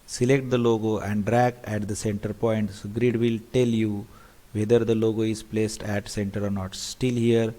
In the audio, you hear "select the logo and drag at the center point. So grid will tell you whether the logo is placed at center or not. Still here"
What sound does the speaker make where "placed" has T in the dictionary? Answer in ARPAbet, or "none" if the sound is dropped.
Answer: T